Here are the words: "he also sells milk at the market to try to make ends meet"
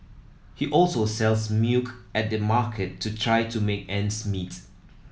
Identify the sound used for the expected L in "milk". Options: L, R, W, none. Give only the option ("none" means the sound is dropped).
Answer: none